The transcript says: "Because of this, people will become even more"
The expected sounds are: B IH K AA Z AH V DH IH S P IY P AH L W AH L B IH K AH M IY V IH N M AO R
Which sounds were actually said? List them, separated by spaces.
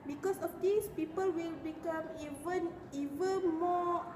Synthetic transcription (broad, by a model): B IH K AA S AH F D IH S P IY P AH L W AH L B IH K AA M IY V IH N M AO